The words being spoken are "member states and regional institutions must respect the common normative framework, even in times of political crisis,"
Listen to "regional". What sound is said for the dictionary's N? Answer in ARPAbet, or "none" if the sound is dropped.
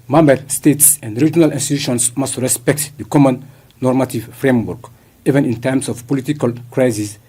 N